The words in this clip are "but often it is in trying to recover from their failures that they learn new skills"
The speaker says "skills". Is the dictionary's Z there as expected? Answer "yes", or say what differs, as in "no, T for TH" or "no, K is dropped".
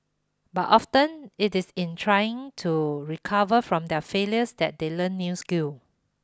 no, Z is dropped